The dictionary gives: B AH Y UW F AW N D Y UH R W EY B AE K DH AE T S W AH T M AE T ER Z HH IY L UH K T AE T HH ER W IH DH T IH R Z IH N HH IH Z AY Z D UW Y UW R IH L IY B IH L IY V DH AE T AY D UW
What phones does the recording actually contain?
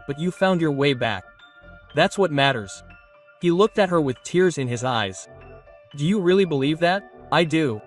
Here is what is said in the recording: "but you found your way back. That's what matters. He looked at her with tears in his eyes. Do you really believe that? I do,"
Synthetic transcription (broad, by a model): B AH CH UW F AW N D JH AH R W EY B AE K DH AE T S W AH T M AE T ER Z HH IY L UH K T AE T HH ER W IH DH T IH R Z IH N IH Z AY Z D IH Y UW R IH L IY B IH L IY V DH AE T AY D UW